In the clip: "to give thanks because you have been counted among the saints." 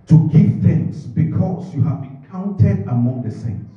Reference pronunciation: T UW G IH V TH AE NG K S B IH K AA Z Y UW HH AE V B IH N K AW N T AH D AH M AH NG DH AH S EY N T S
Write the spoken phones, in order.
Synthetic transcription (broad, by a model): T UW G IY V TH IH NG S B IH K AA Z Y UW HH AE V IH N K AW N T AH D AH M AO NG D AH S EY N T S